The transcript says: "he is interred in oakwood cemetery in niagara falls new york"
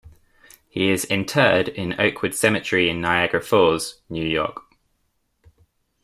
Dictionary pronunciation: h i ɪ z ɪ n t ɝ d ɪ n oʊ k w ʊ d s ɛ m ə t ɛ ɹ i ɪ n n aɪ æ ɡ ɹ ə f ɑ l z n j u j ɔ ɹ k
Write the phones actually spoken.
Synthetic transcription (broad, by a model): h i ɪ z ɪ n t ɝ d ɪ n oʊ k w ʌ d s ɛ m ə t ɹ i ɪ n n aɪ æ ɡ ɹ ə f ɑ z n j u j ɔ k